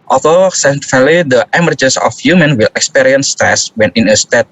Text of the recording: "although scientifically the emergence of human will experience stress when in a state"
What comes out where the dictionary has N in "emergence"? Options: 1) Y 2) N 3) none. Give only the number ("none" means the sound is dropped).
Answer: 3